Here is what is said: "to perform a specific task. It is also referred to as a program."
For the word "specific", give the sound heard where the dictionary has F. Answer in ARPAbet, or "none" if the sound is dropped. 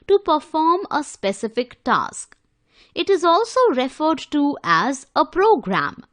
F